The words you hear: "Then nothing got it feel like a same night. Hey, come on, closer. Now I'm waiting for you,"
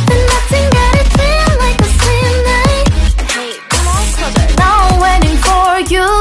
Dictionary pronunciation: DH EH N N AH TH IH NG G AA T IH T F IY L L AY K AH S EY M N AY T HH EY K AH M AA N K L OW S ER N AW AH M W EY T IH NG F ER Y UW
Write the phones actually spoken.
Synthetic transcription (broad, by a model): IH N N AH TH IH NG G AA T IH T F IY N L AY K AH S EY M N AY T HH EY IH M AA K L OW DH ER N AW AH W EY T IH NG F ER Y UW